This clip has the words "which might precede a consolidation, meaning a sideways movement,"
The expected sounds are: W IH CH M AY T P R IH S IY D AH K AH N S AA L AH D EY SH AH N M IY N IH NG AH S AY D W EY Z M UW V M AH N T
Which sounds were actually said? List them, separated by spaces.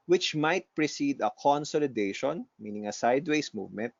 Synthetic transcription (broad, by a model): W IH CH M AY T P R IH S IY D AH K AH N S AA L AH D EY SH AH N M IY N IH NG AH S AY D W EY S M UW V M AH N T